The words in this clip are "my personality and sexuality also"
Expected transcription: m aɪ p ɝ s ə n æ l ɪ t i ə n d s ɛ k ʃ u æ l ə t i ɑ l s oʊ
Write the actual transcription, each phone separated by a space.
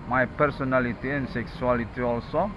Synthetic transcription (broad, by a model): m aɪ p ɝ s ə n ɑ l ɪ t i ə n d s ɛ k s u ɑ l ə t i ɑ l s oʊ